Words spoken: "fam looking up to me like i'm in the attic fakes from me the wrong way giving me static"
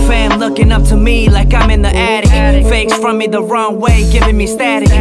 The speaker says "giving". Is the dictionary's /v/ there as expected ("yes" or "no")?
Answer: yes